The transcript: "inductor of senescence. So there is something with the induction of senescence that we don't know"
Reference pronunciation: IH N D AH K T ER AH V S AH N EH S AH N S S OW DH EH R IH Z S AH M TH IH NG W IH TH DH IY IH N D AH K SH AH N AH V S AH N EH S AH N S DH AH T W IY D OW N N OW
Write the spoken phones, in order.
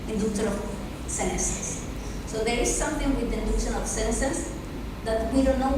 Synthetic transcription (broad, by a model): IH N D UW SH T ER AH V S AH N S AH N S S OW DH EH R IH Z S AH M T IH NG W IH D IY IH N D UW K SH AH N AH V S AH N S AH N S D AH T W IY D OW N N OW